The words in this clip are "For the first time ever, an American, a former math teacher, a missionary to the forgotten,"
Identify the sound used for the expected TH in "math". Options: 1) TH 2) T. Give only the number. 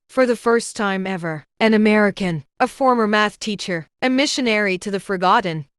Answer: 1